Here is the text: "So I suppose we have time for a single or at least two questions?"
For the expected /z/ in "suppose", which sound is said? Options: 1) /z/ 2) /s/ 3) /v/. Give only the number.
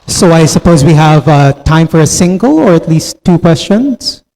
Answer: 1